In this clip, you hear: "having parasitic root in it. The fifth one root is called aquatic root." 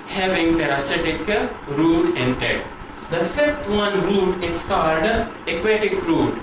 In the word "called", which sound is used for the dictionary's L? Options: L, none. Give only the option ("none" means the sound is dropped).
L